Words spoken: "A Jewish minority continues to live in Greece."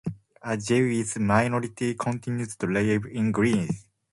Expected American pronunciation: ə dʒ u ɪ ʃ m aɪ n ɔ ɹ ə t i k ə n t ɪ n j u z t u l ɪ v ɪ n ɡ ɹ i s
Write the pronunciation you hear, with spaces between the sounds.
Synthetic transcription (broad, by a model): ə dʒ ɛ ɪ s m aɪ n ɔ ɹ ə t i k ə n t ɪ n j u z t u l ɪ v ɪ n ɡ ɹ i s